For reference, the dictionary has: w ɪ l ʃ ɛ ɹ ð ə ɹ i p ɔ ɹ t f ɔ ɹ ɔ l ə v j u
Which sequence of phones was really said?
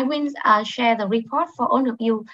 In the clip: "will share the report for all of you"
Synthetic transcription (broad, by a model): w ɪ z ʃ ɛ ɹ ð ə ɹ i p ɔ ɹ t f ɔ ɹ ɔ n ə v j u